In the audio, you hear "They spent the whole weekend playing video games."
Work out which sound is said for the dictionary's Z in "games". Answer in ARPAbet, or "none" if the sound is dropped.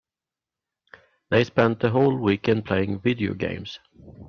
S